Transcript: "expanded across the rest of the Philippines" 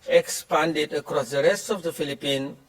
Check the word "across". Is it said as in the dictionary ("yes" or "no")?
yes